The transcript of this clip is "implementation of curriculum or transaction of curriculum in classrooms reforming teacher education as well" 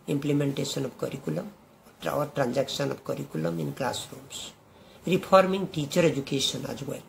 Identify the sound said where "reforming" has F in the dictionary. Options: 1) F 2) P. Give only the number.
2